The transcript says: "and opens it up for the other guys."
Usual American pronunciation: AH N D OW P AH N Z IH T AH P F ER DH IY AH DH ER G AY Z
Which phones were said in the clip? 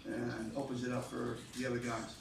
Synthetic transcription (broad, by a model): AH N OW P AH N Z IH T AH P F ER DH IY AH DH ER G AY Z